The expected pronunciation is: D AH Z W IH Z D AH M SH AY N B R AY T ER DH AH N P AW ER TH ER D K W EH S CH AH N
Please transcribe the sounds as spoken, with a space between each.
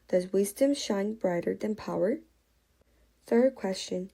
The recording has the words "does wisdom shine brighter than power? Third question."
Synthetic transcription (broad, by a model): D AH Z W IH Z D AH M SH AY N B R AY T ER DH AH N P AW ER TH ER D K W EH S CH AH N